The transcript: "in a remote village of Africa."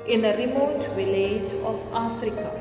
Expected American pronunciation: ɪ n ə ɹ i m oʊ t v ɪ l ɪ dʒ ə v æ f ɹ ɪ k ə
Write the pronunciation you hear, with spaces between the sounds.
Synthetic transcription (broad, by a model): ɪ n ə ɹ i m oʊ t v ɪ l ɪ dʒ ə f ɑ f ɹ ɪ k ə